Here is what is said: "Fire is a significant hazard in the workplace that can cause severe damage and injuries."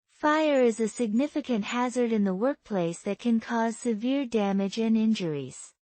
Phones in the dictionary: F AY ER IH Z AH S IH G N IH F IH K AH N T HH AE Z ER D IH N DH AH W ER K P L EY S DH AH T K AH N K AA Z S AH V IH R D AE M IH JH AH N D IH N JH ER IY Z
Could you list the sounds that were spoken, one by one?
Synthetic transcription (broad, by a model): F AY ER IH Z AH S IH G N IH F IH K AH N T HH AE Z ER D IH N DH AH W ER K P L EY S DH AH T K AH N K AA Z S AH V IH R D AE M IH JH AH N IH N JH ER IY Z